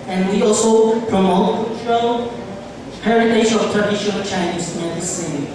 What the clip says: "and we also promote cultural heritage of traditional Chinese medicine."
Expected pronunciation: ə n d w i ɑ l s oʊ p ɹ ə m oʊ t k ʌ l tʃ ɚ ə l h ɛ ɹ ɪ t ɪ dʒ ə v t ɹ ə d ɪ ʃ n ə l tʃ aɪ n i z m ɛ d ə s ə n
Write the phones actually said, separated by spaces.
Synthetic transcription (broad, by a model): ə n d w i ɑ l s oʊ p ɹ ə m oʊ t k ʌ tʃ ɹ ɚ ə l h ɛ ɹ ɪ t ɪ ʃ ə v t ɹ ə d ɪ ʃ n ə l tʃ aɪ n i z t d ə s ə